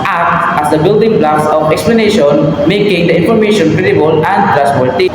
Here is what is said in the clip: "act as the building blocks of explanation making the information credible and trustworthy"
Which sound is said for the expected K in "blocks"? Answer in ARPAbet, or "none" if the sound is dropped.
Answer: none